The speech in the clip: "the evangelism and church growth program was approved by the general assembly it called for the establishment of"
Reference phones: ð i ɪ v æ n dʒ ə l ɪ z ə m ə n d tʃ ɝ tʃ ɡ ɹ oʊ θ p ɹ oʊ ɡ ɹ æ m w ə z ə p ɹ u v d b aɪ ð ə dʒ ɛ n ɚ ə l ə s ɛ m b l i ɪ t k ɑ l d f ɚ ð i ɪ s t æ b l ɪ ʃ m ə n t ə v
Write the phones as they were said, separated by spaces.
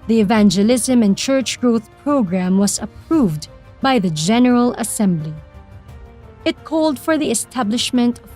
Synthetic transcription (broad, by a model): ð i ɪ v æ n dʒ ə l ɪ z ə m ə n tʃ ɝ tʃ ɡ ɹ oʊ θ p ɹ oʊ ɡ ɹ æ m w ə z ə p ɹ u v d b aɪ ð ə dʒ ɛ n ɚ ə l ə s ɛ m b l i ɪ t k ɑ l d f ɚ ð i ɪ s t æ b l ɪ ʃ m ə n t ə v